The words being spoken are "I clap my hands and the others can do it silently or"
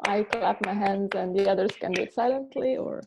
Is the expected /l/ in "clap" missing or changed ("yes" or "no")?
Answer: no